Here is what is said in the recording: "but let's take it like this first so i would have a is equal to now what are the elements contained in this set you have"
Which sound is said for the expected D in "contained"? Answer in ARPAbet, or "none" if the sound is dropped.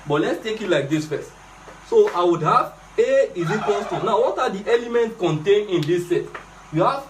none